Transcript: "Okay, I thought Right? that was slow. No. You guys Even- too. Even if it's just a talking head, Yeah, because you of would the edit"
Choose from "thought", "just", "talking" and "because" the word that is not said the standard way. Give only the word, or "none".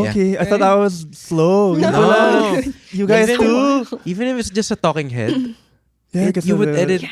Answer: because